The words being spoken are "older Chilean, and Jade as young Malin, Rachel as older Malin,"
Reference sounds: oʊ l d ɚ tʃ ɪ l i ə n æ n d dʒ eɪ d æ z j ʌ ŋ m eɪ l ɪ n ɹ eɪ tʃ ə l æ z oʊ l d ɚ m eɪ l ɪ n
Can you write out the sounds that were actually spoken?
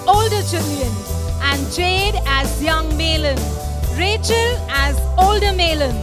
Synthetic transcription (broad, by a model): oʊ l d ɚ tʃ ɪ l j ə n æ n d dʒ eɪ d æ z j ʌ ŋ m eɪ l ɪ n ɹ eɪ tʃ ə l æ z oʊ l d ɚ m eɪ l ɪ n